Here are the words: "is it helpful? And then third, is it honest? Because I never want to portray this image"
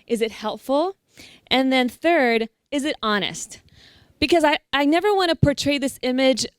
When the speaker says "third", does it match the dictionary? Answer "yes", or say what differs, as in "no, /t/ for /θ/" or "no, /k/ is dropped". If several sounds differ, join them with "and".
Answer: yes